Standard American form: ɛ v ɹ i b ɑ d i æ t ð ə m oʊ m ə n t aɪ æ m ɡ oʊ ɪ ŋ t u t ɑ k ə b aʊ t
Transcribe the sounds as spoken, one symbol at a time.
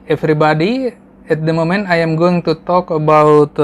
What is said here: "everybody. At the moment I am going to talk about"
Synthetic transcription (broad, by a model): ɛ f ɹ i b ɑ d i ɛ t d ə m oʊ m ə n aɪ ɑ m ɡ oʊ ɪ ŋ t u t ɑ k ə b aʊ t